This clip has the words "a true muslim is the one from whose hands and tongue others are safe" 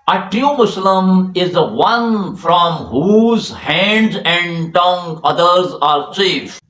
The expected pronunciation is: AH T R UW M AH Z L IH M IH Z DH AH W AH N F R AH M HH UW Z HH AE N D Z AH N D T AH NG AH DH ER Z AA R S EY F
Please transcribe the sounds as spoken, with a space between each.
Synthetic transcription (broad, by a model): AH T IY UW M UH S L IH M IH Z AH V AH N F R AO M HH UW Z HH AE N D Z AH N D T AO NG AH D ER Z AA R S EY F